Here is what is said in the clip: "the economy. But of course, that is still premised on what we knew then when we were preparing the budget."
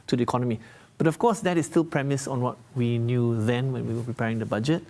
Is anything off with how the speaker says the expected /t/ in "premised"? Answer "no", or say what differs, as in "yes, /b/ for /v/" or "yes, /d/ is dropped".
yes, /t/ is dropped